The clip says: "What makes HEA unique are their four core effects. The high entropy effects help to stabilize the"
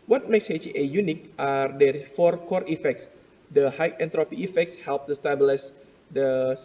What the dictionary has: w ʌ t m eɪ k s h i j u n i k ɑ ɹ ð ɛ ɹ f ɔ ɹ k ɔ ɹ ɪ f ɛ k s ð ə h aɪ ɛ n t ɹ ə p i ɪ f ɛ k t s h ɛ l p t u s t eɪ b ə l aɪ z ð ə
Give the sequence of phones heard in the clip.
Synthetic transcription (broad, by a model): w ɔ t m eɪ k s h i j u n i k ɑ ɹ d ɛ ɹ f ɔ ɹ k ɔ ɹ ɪ f ɛ k s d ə h aɪ ɛ n t ɹ ə p i ɪ f ɛ k t s h ɛ l p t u s t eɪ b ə l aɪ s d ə